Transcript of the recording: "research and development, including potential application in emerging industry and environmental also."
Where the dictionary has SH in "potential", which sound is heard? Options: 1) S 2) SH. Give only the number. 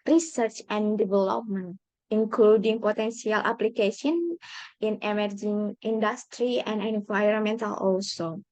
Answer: 1